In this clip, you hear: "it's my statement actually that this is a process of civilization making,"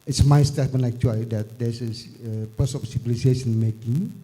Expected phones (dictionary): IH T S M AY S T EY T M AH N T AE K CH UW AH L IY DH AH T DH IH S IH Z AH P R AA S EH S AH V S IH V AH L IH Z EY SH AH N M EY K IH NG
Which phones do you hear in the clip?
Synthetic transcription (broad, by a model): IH T S M AY S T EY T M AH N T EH K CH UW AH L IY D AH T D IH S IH S AH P AA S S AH P S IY B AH L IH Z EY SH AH N M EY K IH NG